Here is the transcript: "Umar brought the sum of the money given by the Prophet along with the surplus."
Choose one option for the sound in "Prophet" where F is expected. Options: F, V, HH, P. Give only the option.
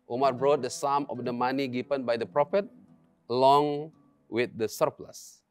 F